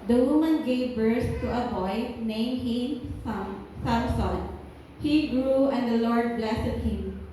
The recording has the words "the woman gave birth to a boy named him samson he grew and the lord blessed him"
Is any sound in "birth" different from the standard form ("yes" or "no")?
yes